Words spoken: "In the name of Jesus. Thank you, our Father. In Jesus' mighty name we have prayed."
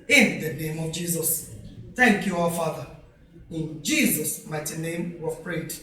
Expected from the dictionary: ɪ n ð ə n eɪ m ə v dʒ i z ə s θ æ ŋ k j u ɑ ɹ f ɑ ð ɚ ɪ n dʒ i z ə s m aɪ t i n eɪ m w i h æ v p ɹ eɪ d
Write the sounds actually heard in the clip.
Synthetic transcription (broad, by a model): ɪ n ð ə n eɪ m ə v dʒ i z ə s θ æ ŋ k j u ɑ w f ɑ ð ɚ ɪ n dʒ i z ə s m aɪ t i n eɪ m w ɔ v p ɹ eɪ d